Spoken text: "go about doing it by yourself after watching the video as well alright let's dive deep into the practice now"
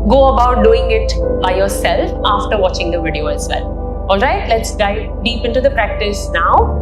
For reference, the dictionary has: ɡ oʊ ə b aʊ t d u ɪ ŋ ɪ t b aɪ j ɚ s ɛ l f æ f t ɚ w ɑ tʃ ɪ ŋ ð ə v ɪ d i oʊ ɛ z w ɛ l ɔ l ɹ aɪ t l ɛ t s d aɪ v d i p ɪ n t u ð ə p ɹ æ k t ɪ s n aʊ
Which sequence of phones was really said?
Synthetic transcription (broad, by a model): ɡ oʊ ə b aʊ t d u ɪ ŋ ɪ t b aɪ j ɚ s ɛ l f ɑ f t ɚ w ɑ tʃ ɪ ŋ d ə v ɪ d i oʊ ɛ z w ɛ l ɔ l ɹ aɪ t l ɛ t s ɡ aɪ d i p ɪ n t u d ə p ɹ æ k t ɪ s n aʊ